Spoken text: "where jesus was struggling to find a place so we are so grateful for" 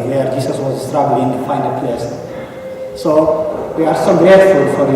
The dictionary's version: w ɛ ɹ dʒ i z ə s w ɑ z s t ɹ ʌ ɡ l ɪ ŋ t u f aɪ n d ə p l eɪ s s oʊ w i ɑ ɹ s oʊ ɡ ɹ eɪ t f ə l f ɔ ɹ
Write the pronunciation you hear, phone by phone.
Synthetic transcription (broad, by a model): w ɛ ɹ dʒ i s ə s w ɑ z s t ɹ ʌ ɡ l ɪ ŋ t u f aɪ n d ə p l eɪ s s oʊ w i ɑ ɹ s oʊ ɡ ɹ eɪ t f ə l f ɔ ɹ